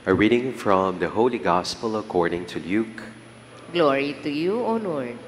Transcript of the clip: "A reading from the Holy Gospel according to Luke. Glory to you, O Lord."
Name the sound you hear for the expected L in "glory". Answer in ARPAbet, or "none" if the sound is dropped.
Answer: L